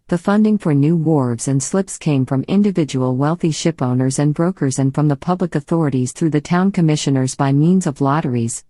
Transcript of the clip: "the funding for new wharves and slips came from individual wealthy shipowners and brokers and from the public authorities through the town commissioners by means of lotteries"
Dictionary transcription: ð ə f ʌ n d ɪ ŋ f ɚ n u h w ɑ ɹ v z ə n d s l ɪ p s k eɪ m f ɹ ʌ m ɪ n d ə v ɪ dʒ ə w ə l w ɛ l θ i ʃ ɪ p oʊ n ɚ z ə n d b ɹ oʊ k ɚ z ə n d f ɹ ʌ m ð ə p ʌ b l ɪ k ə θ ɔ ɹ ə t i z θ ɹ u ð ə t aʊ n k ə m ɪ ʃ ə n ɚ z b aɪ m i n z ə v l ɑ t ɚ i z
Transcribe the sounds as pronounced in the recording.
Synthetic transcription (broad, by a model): ð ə f ʌ n d ɪ ŋ f ɚ n u w ɑ ɹ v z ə n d s l ɪ p s k eɪ m f ɹ ʌ m ɪ n d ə v ɪ dʒ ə w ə l w ɛ l θ i ʃ ɪ p oʊ n ɚ z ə n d b ɹ oʊ k ɚ z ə n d f ɹ ʌ m ð ə p ʌ b l ɪ k ə θ ɔ ɹ ə t i z θ ɹ u ð ə t aʊ n k ə m ɪ ʃ ə n ɚ z b aɪ m i n z ə v l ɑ t ɚ i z